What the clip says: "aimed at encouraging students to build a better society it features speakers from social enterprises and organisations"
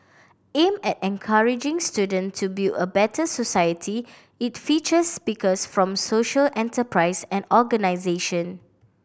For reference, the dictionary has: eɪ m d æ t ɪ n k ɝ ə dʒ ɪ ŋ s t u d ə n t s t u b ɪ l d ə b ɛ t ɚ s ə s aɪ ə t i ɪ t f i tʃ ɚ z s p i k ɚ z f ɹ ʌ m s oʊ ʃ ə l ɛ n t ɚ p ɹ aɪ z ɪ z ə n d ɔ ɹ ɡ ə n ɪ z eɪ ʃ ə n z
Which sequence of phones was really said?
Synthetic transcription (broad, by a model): eɪ m ɛ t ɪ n k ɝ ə dʒ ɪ ŋ s t u d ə n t t u b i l ə b ɛ t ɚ s ə s aɪ ə t i ɪ t f i tʃ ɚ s p i k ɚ s f ɹ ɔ m s oʊ ʃ ə l ɛ n t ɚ p ɹ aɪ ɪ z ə n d ɔ ɡ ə n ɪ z eɪ ʃ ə n